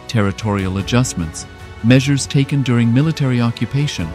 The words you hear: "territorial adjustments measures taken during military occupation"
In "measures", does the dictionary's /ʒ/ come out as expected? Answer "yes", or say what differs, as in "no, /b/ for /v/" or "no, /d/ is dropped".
yes